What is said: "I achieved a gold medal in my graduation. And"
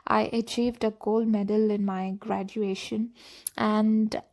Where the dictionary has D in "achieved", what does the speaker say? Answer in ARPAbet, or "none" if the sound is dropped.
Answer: D